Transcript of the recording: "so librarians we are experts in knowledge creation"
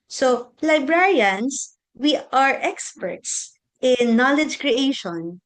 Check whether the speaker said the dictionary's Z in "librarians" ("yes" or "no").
no